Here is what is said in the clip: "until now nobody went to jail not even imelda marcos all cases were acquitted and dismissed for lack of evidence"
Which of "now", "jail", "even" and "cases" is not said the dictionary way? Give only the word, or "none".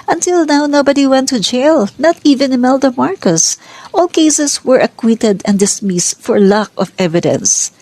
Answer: cases